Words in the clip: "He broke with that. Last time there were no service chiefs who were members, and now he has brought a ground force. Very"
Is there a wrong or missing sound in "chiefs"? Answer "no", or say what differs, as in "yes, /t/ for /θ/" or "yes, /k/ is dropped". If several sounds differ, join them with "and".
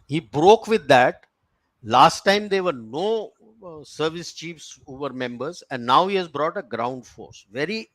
no